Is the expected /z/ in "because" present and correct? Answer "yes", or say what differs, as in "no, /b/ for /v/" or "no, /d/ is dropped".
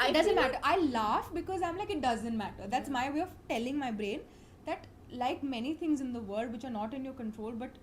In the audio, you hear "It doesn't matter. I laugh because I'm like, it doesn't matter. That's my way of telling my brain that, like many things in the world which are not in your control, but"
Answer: yes